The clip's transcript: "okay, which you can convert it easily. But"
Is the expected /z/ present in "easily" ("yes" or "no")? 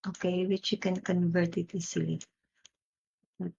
no